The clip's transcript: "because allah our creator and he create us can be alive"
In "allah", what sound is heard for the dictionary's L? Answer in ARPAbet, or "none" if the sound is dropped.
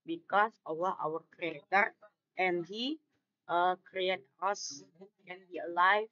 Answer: W